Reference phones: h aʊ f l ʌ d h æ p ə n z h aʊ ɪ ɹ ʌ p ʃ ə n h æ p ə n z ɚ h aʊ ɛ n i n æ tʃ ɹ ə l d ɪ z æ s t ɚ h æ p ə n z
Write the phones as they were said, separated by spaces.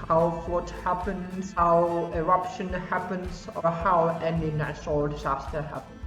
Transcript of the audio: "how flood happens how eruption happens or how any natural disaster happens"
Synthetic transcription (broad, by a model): h aʊ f ʌ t h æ p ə n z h aʊ ɪ ɹ ʌ p ʃ ə n h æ p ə n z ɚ h aʊ ɛ n i n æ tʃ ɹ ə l d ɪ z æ s t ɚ h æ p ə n